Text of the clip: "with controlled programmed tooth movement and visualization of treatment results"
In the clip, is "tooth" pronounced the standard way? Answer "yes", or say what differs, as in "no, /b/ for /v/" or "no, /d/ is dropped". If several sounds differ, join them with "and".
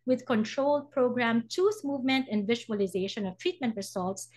no, /s/ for /θ/